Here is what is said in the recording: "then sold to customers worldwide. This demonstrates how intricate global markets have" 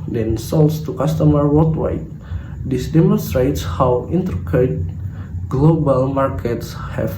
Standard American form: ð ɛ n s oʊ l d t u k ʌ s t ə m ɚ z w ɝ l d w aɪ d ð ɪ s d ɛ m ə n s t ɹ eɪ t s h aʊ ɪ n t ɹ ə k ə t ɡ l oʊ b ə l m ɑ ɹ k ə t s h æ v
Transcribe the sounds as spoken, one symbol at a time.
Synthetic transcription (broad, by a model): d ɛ n s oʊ l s t u k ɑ s t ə m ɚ w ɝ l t w aɪ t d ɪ s d ɛ m ə n s t ɹ eɪ t s h aʊ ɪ n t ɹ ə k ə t ɡ l oʊ b ə l m ɑ ɹ k ə t s h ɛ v